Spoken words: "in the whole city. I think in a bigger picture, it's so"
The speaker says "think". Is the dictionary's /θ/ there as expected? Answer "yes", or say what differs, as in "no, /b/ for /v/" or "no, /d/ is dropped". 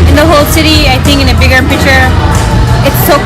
yes